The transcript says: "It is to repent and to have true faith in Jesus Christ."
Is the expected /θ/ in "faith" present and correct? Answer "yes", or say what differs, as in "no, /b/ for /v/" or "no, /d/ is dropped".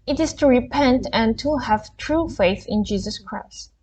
yes